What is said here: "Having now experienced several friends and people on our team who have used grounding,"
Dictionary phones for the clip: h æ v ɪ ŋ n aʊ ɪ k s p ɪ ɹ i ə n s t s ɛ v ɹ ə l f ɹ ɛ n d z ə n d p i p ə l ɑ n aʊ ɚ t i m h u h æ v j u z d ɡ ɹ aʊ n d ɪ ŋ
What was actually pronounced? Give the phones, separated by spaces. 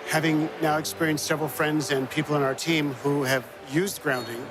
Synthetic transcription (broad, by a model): h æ v ɪ ŋ n aʊ ɪ k s p ɪ ɹ i ə n s t s ɛ v ɹ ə l f ɹ ɛ n d z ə n p i p l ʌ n aʊ ɚ t i m h u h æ v j u z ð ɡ ɹ aʊ n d ɪ ŋ